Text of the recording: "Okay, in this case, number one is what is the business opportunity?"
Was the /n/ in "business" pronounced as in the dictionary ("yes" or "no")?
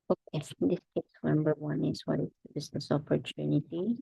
yes